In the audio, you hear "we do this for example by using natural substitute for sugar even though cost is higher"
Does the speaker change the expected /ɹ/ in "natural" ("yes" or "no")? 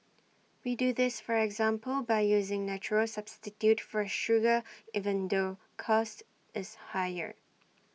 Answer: no